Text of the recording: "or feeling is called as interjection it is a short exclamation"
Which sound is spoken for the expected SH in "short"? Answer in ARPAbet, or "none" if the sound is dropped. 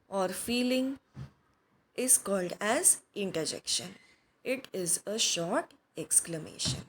SH